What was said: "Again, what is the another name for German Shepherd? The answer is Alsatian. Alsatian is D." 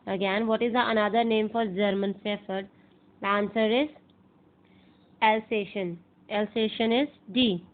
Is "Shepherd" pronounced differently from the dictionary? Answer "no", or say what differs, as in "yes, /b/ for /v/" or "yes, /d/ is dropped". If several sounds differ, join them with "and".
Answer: yes, /s/ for /ʃ/ and /f/ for /p/